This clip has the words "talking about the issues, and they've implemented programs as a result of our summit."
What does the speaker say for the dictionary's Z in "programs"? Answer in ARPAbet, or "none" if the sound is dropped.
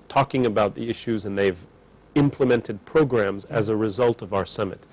Z